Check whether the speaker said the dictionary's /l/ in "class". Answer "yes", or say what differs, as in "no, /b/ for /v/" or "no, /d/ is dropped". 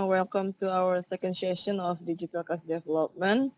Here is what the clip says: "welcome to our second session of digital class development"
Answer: no, /l/ is dropped